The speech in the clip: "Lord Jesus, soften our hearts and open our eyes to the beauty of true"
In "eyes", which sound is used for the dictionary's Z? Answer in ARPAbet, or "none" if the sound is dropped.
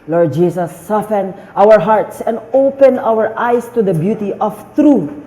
S